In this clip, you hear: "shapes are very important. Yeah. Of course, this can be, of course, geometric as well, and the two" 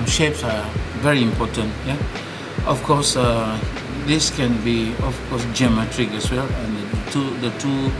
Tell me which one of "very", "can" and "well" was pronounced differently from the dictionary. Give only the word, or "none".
none